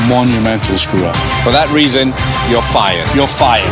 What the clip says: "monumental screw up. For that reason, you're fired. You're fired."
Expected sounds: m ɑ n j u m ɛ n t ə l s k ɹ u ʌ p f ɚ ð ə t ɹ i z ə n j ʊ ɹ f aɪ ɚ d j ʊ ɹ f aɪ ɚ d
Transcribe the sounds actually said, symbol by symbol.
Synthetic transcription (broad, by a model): m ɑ n j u m ɛ n t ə l s k ɹ u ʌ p f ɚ ð ə t ɹ i z ə n j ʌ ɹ f aɪ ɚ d j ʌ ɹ f aɪ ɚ